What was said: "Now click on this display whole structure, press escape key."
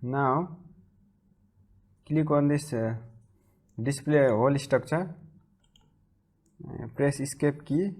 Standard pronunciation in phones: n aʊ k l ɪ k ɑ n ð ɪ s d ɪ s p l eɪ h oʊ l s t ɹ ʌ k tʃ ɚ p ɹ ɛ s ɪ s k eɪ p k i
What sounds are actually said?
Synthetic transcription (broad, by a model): n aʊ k l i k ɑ n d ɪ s d ɪ s p l eɪ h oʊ l s t ʌ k s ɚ p ɹ ɛ s ɪ s k eɪ p k i